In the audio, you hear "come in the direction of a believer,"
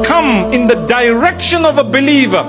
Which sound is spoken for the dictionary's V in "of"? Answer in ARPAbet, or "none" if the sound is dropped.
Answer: V